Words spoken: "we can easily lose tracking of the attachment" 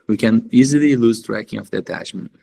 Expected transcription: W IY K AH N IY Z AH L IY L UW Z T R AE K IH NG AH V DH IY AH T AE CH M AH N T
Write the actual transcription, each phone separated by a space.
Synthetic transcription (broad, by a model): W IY K AH N IY Z AH L IY L UW Z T R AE K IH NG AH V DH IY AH T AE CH M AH N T